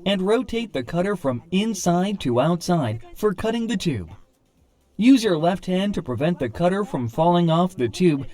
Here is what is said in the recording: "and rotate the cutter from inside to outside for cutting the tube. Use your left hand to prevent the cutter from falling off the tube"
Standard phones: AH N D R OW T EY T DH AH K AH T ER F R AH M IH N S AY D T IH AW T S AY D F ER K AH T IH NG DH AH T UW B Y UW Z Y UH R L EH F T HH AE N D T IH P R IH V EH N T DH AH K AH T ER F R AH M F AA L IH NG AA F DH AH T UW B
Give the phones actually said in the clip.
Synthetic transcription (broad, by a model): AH N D R OW T EY T DH AH K AH T ER F R AH M IH N S AY D T IH AW T S AY D F ER K AH T IH NG DH AH T UW B Y UW Z Y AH R L EH F T HH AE N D T IH P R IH V EH N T DH AH K AH T ER F R AH M F AA L IH NG AA F DH AH T UW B